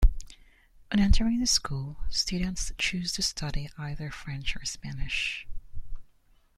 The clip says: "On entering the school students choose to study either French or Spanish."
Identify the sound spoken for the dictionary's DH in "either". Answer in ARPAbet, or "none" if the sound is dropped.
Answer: DH